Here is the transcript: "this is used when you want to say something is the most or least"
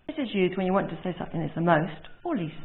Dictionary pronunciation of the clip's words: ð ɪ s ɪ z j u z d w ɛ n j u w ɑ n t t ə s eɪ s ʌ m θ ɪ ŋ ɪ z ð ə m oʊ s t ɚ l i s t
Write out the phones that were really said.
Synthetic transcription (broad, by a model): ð ɪ s ɪ z j u z d w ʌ n j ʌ w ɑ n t t ə s eɪ s ʌ m θ ɪ ŋ ɪ z ð ə m oʊ s t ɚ l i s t